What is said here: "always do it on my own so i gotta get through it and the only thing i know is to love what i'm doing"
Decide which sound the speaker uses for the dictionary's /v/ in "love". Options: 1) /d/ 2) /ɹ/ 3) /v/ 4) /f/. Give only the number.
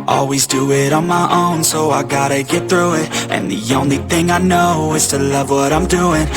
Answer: 3